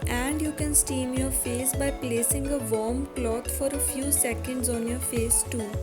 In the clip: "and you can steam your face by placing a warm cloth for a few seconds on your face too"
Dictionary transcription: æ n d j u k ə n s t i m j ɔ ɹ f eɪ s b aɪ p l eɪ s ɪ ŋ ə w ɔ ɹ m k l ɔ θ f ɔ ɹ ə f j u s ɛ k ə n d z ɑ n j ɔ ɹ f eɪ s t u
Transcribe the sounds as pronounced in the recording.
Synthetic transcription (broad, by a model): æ n d j u k ə n s t i m j ɔ ɹ f eɪ s b aɪ p l eɪ s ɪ ŋ ə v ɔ ɹ m k l ɔ t f ɔ ɹ ə f j u s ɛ k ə n d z ɑ n j ɔ ɹ f eɪ s t u